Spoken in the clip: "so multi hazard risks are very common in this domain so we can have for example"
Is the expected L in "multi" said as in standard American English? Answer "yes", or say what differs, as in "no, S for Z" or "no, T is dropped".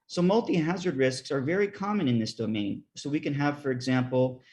yes